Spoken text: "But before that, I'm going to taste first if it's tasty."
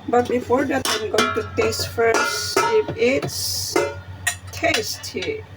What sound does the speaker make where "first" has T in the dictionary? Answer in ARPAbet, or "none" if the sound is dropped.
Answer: none